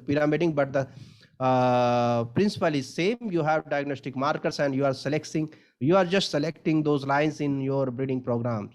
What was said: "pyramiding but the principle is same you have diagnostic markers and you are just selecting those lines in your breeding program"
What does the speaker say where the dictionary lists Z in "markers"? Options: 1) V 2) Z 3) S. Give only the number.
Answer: 3